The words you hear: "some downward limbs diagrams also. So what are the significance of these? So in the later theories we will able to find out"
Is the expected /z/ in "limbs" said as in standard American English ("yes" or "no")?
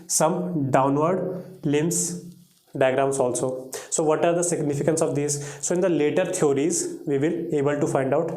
no